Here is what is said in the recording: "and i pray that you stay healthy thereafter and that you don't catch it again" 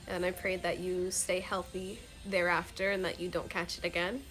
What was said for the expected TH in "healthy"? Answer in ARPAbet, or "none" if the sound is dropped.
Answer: TH